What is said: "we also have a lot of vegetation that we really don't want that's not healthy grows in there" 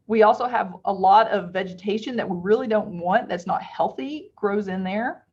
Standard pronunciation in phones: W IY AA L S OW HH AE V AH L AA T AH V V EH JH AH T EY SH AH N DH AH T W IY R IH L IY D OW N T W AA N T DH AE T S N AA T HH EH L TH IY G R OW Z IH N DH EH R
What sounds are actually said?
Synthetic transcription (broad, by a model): W IY AA L S OW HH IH V AH L AA T AH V V EH JH AH T EY SH AH N DH AH T W IY R IH L IY D OW N T W AA N DH AE T S N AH T HH EH L TH IY G R OW Z IH N DH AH R